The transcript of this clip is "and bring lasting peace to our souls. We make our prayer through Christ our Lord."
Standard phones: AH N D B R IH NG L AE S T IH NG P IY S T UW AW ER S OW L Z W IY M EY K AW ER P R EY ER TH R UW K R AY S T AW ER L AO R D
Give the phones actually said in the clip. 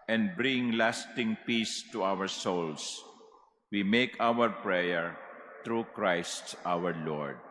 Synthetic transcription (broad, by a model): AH N D B R IH NG L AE S T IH NG P IY S T UW AW ER S OW L S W IY M EY K AW ER P R EY ER T R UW K R AY S T AW ER L AO R D